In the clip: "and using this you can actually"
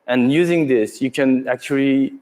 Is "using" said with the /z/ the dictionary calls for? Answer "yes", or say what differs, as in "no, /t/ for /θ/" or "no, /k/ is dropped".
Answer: yes